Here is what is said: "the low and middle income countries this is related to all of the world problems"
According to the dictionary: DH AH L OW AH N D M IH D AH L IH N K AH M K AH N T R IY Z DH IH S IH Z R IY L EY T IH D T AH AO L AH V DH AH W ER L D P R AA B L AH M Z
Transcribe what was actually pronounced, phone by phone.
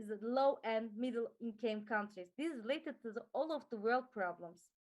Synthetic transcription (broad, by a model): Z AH L OW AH N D M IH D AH L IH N K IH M K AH N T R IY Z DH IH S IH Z R IY L EY T IH D T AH AO L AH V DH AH W ER L D P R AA B L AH M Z